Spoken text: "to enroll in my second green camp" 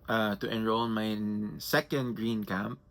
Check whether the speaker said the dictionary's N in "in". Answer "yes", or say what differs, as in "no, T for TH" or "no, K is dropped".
no, L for N